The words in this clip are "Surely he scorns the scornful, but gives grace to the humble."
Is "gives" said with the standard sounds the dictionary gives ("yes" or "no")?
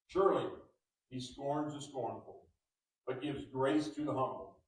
yes